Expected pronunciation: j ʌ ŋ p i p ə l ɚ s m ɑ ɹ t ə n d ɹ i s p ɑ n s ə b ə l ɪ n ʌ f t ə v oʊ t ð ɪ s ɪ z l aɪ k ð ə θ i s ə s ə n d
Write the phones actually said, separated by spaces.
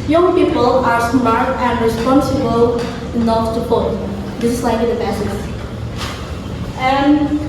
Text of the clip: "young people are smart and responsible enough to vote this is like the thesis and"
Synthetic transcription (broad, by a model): j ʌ ŋ p i p ə l ɚ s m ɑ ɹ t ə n ɹ i s p ɑ n s ə b ə l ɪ n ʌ t ə p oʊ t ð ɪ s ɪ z l aɪ k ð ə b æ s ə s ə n